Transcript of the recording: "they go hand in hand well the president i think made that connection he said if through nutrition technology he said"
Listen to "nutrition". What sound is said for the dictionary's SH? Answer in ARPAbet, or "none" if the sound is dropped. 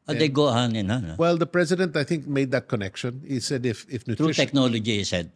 none